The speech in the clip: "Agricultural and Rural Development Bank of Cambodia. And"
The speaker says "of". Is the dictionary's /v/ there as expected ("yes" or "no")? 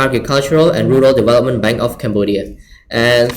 no